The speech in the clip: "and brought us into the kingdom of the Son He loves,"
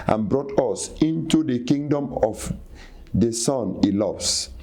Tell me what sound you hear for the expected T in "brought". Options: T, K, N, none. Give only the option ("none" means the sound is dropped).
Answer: T